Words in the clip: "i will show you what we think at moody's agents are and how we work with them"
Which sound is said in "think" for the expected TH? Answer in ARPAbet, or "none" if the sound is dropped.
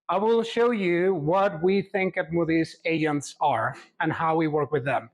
TH